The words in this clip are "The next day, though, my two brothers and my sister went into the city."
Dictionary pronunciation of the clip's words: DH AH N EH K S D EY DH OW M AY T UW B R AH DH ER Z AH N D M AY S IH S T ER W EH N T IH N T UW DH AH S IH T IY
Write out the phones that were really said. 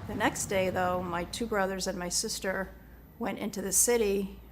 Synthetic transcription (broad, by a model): DH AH N EH K S D EY DH OW M AY T UW B R AH DH ER Z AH N M AY S IH S T ER W EH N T IH N T UW DH AH S IH T IY